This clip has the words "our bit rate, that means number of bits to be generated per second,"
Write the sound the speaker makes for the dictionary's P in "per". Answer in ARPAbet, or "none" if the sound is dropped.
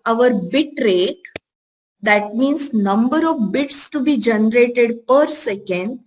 P